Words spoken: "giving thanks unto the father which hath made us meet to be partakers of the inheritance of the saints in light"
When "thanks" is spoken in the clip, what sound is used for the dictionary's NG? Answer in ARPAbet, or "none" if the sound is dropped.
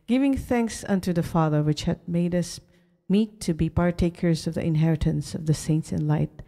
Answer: NG